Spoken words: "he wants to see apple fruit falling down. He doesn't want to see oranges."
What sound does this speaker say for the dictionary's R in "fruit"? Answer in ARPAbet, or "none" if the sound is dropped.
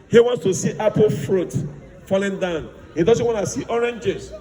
R